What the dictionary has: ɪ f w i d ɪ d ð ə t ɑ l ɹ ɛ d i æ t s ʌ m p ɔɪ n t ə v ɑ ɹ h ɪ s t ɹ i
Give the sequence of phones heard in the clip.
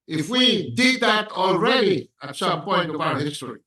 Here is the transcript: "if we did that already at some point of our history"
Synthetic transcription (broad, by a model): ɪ f w i d ɪ d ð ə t ɑ l ɹ ɛ d i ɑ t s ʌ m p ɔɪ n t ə p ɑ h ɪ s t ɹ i